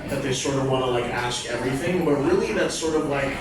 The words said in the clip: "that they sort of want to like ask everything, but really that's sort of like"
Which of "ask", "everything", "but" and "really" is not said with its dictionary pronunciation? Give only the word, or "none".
none